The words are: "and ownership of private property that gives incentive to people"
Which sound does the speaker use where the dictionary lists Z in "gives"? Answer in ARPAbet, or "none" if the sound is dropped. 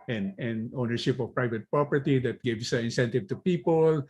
S